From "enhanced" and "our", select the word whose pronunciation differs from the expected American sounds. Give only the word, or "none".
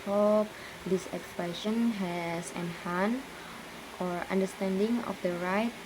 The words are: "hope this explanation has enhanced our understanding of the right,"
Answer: enhanced